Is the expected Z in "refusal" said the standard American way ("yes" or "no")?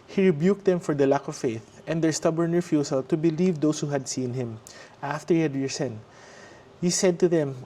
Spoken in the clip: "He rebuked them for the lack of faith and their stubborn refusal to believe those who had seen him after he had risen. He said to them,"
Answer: no